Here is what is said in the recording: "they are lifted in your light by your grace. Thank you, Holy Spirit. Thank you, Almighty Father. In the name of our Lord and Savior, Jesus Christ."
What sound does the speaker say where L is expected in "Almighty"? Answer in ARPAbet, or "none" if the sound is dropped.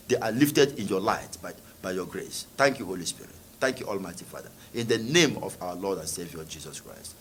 L